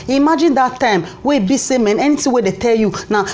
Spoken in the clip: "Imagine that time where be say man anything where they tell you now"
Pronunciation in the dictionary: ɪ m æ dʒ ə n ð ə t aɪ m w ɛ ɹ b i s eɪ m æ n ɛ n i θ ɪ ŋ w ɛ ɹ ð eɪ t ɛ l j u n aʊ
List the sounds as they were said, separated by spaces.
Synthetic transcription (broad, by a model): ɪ m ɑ dʒ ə n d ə t aɪ m w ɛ b i s eɪ m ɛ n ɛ n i t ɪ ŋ w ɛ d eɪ t ɛ l j u n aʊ